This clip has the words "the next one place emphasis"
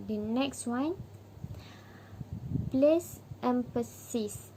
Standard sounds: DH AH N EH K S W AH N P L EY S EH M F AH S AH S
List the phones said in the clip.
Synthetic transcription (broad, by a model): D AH N EH K S W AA N P L EY S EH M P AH S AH S